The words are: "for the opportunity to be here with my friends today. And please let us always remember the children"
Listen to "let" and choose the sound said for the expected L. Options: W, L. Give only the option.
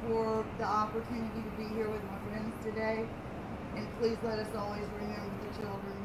L